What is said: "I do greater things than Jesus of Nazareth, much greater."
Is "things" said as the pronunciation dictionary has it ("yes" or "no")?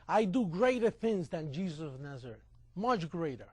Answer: yes